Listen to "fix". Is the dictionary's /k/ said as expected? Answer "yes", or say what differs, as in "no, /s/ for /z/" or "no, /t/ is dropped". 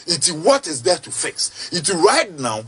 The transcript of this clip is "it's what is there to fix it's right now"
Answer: yes